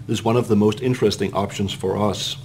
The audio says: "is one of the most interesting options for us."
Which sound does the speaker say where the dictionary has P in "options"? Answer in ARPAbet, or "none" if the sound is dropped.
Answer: P